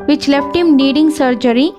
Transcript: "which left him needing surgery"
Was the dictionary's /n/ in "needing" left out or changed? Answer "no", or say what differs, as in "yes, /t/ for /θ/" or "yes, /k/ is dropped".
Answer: yes, /l/ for /n/